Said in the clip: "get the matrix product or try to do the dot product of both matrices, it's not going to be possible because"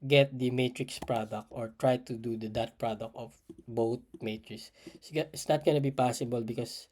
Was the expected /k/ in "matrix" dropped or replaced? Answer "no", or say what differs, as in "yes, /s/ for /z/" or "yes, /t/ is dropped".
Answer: no